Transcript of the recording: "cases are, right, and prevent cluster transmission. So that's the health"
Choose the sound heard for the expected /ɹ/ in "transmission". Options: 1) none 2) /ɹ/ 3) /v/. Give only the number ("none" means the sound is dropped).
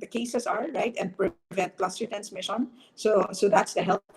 1